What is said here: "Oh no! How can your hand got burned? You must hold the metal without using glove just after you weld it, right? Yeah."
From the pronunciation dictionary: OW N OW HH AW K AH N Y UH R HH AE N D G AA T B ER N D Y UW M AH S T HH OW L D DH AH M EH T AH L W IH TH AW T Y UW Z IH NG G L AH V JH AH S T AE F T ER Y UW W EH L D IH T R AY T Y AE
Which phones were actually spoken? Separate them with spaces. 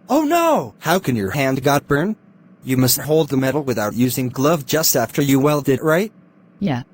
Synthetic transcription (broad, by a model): OW N OW HH AW K AH N Y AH R HH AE N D G AA T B ER N Y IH M AH S T HH OW L D DH AH M EH T L W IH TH AW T Y UW Z IH NG G L AH V JH AH S T AE F T ER Y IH W EH L D IH T R AY T Y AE